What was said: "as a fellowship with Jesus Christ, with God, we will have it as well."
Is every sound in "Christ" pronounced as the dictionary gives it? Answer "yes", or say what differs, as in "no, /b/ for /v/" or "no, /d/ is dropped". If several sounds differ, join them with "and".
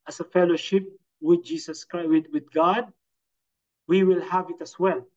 no, /w/ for /ɹ/